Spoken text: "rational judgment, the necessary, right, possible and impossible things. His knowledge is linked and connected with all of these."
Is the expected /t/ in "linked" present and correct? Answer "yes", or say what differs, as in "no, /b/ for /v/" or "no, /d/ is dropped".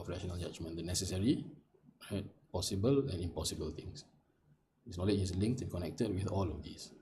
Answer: yes